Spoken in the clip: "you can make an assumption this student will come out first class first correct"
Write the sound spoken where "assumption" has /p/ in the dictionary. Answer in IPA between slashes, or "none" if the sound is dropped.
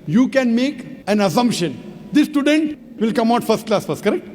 /p/